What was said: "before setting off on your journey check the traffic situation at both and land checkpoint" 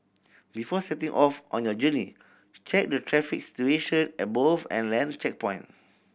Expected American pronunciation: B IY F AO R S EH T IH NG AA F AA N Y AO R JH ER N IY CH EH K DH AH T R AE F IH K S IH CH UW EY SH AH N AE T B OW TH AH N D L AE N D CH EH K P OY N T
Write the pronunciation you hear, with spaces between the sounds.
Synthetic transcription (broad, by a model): B IY F AO S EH T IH NG AA F AA N Y AO JH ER N IY CH EH K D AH T R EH F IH K S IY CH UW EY SH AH N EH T B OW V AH N L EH N CH EH K P OY N